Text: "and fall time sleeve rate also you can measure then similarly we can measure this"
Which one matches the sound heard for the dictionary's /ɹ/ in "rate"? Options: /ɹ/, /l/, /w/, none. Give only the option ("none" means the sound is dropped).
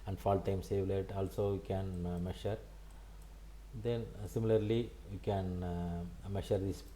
/l/